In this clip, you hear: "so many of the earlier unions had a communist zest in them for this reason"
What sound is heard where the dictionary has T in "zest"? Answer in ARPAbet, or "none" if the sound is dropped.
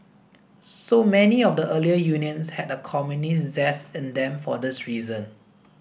none